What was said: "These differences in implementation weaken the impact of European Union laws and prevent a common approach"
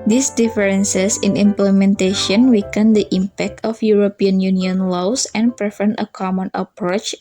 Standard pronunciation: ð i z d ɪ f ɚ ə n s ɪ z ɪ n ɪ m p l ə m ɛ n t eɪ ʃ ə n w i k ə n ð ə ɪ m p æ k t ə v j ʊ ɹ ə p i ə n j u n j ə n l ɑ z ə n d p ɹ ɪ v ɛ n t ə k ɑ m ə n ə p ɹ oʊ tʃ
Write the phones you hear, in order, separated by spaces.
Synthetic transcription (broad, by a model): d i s d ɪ f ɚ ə n s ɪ s ɪ n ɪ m p l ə m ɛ n t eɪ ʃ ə n w i k ə n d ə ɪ m p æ k t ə f j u ɹ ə p i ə n j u n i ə n l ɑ s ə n p ɹ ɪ f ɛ n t ə k ɑ m ə n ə p ɹ oʊ tʃ